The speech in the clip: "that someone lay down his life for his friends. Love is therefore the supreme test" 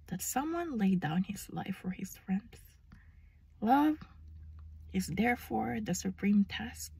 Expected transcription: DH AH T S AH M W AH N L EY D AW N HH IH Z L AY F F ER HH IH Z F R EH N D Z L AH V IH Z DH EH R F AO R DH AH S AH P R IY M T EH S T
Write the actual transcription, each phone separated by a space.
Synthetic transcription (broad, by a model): DH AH T S AH M W AH N L EY D AW N HH IH Z L AY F F ER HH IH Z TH R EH N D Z L AH V IH Z DH EH R F AO R DH AH S AH P R IY M T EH S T